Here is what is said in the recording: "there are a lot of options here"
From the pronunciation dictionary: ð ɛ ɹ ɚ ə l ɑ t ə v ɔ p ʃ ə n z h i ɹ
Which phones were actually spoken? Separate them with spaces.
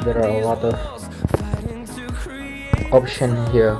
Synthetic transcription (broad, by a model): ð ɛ ɹ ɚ ə l ɑ t ə v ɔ p ʃ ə n h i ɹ